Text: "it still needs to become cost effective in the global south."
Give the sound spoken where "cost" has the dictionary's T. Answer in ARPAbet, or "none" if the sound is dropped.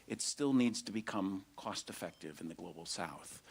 T